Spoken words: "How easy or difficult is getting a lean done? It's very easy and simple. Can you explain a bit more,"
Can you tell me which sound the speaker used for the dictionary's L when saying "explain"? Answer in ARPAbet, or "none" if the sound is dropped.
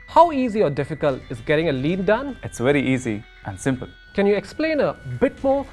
L